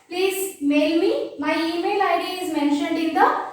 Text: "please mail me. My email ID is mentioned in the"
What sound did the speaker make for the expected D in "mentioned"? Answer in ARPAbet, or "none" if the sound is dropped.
D